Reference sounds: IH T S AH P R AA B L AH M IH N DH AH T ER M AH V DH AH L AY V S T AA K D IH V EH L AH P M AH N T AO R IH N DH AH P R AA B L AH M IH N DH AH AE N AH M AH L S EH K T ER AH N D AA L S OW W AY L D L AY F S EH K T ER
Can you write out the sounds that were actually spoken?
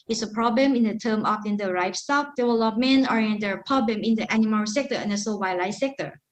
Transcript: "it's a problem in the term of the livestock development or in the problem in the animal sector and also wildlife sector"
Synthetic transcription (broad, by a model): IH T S AH P R AA B L AH M IH N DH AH T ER M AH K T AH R AY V S T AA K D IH W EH L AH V M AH N AO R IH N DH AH P R AA B L AH M IH N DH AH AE N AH M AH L S EH K T ER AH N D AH S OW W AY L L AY S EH K T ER